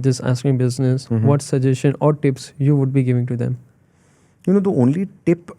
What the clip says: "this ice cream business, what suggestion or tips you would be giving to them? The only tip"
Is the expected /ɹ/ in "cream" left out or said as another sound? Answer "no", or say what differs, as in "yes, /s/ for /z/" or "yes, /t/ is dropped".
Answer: yes, /ɹ/ is dropped